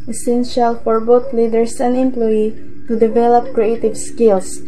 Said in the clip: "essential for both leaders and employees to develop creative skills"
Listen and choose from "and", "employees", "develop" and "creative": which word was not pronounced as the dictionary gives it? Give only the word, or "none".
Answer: employees